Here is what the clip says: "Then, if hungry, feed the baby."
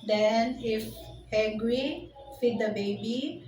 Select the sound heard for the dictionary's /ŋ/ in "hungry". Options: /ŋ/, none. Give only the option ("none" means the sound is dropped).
none